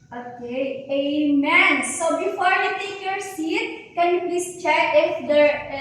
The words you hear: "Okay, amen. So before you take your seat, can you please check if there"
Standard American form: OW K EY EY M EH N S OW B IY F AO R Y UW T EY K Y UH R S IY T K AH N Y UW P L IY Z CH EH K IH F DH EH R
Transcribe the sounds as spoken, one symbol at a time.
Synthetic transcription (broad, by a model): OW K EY EY M EH N S OW B IY F AO R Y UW T EY K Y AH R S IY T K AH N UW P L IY S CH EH IH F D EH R